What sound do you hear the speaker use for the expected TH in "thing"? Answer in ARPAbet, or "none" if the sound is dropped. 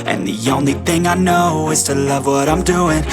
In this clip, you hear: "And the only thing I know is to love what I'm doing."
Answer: TH